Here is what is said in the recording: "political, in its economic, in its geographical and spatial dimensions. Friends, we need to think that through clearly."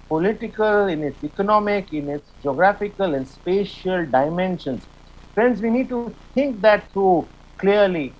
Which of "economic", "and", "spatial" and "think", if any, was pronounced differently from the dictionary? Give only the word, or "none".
think